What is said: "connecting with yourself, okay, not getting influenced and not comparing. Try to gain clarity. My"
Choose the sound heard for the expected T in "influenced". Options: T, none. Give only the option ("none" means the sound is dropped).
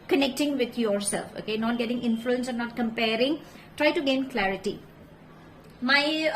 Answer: none